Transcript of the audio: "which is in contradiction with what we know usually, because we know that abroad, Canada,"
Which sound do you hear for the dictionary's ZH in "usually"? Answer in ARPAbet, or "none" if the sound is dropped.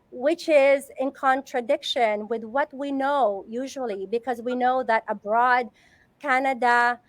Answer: ZH